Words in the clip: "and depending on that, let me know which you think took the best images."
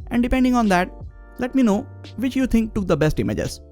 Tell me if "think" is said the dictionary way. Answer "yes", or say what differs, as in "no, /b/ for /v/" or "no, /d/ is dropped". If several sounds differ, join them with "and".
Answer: no, /t/ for /θ/